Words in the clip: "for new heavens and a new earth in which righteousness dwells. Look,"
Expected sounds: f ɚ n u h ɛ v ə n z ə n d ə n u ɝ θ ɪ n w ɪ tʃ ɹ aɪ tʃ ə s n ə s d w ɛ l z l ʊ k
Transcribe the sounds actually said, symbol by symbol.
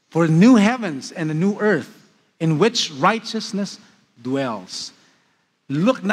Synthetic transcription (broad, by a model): f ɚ n u h ɛ v ə n z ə n ə n u ɝ θ ɪ n w ɪ tʃ ɹ aɪ tʃ ə s n ə s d w ɛ l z l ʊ k